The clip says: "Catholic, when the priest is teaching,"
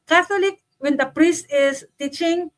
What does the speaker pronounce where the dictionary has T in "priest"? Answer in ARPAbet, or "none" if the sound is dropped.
T